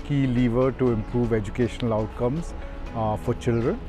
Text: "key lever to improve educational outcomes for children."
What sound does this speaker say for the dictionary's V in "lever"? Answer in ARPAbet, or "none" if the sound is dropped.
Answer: V